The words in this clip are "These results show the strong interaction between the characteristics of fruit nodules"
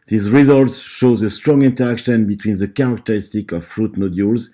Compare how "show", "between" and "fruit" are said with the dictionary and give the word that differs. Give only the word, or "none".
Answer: none